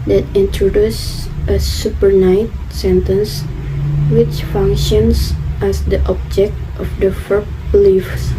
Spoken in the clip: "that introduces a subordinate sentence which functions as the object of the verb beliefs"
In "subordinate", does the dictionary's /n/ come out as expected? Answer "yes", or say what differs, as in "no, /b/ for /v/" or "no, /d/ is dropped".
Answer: no, /n/ is dropped